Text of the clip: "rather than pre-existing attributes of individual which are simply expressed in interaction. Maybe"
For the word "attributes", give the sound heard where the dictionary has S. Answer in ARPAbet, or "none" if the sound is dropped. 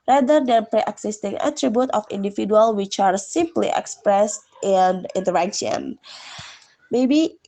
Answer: none